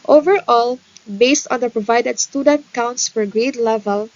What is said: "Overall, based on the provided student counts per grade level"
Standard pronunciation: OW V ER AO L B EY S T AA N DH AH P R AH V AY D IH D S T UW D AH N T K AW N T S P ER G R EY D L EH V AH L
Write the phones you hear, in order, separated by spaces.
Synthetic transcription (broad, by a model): OW V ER AO L B EY S T AA N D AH P R AH V AY D IH D S T UW D AH N T K AW N T S F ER G R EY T L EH V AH L